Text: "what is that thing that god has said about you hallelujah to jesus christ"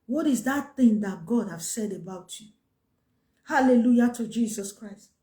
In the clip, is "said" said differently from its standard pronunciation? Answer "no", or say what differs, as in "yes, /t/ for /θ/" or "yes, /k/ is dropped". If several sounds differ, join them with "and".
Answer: no